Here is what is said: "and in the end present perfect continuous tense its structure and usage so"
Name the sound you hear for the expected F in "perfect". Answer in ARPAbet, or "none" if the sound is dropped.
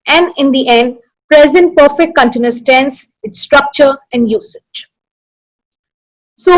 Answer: F